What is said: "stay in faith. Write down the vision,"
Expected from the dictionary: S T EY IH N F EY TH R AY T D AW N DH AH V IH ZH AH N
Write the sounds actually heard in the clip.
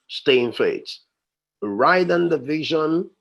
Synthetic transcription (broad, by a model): S T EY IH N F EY T R AY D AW N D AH V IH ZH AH N